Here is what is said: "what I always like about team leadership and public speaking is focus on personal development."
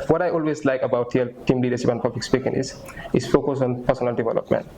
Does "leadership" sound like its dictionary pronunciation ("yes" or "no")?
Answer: no